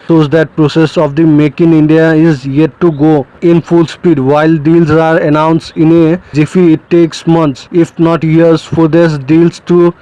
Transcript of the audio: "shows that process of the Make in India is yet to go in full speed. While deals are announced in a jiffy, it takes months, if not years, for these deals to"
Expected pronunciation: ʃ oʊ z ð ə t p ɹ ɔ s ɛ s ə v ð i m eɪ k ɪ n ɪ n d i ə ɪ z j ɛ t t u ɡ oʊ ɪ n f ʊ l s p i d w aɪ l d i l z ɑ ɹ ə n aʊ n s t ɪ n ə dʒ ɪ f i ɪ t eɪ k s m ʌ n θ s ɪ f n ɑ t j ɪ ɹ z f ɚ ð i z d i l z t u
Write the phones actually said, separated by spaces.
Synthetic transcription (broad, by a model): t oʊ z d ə t p ɹ ɔ s ɛ s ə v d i m eɪ k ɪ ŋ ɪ n d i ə ɪ z j ɛ t t u ɡ oʊ ɪ n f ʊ l s p i d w aɪ l d i l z ɑ ɹ ə n aʊ n s t ɪ n ə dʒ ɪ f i ɪ t eɪ k s m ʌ n t s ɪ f n ɑ t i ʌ ɹ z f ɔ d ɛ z d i l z t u